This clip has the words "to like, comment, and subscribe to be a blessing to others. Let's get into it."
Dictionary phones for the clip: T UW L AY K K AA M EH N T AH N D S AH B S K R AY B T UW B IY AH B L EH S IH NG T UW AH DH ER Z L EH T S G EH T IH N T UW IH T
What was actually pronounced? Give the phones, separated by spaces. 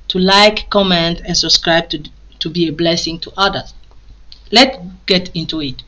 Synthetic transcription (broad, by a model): T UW L AY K K AA M EH N T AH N S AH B S K R AY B T UW B IY AH B L EH S IH NG T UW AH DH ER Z L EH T G EH T IH N T UW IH T